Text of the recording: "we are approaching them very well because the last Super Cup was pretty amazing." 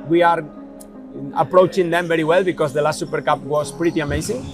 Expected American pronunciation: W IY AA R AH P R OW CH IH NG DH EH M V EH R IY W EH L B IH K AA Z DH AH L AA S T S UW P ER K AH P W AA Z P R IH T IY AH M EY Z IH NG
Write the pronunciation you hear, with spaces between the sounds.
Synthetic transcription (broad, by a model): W IY AA R AH P R OW CH IH NG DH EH M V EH R IY W EH L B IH K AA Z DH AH L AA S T S UW P ER K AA P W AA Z P R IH T IY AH M EY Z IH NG